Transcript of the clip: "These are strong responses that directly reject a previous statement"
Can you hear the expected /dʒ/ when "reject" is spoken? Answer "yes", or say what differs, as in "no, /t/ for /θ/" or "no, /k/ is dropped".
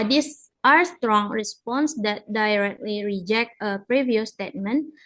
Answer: yes